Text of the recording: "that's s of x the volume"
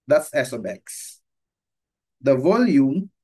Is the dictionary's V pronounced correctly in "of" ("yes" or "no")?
no